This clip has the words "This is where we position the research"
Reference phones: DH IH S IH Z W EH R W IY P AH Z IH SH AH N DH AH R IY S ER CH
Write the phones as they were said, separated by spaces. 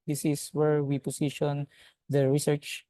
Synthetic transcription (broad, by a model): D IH S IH S W EH R W IY P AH S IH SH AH N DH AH R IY S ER CH